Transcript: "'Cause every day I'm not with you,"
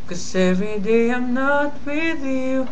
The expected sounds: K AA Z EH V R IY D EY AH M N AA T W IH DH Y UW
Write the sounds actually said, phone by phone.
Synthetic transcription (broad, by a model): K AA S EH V IY D EY AH M N AA T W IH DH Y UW